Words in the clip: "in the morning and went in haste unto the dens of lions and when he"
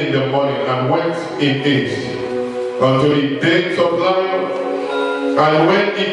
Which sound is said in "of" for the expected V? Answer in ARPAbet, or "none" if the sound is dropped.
P